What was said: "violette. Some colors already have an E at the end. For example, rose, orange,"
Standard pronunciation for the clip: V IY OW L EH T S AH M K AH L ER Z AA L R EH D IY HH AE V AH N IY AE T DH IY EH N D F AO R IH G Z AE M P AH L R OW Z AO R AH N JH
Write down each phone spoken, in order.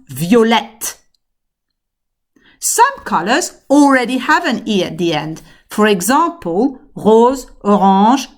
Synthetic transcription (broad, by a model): V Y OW L EH T S AH M K AH L ER Z AA L R EH D IY HH AE V AH N IY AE T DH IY EH N D F AO R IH G Z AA P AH L R OW Z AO R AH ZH